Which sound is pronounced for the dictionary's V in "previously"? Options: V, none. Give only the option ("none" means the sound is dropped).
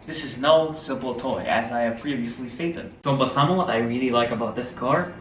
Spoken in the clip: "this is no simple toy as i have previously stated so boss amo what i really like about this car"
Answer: none